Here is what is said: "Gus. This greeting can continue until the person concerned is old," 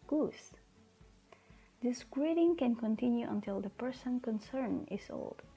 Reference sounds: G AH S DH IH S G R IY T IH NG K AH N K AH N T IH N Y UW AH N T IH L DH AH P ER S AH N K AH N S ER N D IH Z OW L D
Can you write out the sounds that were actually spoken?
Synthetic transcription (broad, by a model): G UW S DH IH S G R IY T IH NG K AH N K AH N T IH N Y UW AH N T IH L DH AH P ER S AH N K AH N S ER N IH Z OW L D